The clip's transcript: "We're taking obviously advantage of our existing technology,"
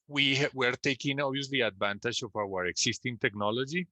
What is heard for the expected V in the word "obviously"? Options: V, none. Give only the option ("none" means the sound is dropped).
none